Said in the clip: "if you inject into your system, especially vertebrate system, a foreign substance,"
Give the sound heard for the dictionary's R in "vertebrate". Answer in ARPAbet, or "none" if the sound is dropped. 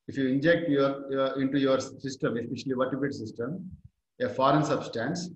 none